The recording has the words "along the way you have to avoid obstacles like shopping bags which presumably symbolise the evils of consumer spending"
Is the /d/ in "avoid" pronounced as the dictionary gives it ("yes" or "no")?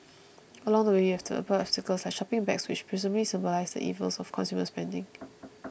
no